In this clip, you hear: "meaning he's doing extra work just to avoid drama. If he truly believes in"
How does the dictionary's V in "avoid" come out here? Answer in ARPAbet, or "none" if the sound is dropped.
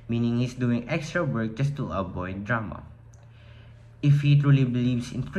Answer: B